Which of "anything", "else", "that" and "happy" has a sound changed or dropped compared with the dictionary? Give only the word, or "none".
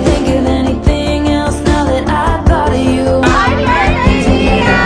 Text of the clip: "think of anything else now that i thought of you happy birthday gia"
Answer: happy